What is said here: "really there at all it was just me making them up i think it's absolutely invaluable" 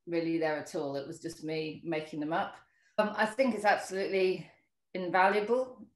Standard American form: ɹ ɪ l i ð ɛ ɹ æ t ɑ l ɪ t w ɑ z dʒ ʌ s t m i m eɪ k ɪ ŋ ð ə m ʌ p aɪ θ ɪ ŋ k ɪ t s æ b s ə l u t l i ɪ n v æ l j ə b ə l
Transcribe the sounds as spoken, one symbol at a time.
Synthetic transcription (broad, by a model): ɹ ɪ l i ð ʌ ɹ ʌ t ɑ l ɪ t w ɑ z dʒ ʌ s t m i m eɪ k ɪ ŋ ð ə m ʌ p aɪ θ ɪ ŋ k ɪ t s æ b s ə l u t l i ɪ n v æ l j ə b ə l